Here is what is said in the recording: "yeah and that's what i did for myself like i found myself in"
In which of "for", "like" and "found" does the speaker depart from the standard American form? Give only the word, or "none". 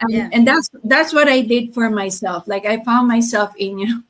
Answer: none